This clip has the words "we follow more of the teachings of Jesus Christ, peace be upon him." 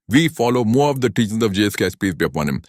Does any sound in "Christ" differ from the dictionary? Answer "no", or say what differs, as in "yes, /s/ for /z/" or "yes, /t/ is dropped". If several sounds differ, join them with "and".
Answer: yes, /ɹ/ is dropped